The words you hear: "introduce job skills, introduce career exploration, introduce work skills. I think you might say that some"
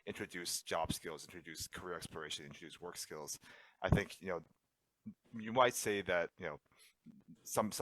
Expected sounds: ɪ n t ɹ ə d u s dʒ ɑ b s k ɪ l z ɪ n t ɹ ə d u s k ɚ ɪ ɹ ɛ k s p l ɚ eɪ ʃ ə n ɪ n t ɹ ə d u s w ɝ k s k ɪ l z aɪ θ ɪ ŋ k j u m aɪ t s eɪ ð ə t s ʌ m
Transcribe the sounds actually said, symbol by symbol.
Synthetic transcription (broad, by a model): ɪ n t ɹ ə d u s dʒ ɑ b s k ɪ l z ɪ n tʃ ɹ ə d u s k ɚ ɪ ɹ ɛ k s p l ɚ eɪ ʃ ə n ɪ n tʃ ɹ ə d u s w ɝ k s k ɪ l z aɪ θ ɪ ŋ k j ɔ m aɪ t s eɪ ð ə t s ʌ m